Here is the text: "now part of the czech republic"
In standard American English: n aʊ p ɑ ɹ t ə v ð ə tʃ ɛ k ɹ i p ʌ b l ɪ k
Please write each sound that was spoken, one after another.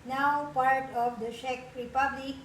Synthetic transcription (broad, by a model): n aʊ p ɑ ɹ t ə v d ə ʃ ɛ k ɹ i p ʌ b l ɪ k